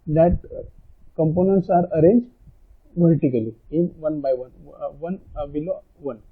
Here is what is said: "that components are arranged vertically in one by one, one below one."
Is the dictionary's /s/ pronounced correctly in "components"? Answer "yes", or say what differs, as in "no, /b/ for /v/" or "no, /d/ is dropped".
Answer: yes